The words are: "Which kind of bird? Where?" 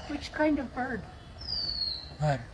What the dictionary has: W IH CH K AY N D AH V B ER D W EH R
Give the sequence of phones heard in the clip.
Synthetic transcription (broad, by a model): W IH CH K AY N D AH V B ER D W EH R